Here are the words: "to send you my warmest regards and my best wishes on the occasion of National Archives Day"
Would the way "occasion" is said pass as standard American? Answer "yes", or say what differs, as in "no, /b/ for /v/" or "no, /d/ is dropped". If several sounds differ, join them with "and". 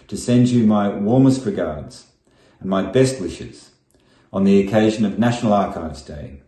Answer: yes